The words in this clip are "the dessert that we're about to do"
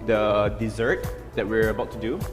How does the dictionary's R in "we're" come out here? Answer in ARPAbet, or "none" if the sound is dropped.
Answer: R